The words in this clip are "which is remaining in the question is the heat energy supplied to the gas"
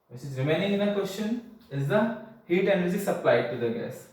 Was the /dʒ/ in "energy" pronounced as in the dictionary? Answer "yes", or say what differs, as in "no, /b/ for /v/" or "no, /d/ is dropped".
no, /z/ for /dʒ/